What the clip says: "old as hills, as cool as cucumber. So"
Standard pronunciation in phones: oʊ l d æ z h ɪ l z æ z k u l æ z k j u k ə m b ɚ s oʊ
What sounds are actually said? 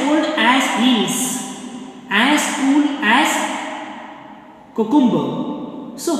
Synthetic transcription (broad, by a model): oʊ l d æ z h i z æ s k u l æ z k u k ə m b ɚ s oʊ